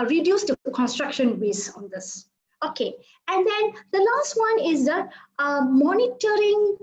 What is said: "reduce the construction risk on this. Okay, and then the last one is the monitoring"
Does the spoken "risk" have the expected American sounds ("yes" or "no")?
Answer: no